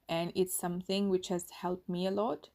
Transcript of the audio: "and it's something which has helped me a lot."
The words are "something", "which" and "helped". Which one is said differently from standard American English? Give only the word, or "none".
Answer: none